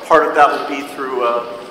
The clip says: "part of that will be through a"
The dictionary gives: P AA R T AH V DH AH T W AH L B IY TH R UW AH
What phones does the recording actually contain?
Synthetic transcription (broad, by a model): P AA R T AH V DH AH T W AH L B IY TH R UW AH